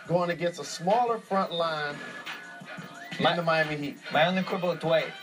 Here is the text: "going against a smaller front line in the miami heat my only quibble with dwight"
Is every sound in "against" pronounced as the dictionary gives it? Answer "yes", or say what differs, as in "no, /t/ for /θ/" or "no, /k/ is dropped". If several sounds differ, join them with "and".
no, /t/ is dropped